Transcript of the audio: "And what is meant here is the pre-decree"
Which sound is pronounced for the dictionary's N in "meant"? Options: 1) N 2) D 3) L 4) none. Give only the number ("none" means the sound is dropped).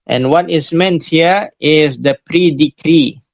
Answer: 1